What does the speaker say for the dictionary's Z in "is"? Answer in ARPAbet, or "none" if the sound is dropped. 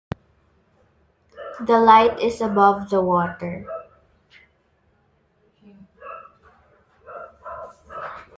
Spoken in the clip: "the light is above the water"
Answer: S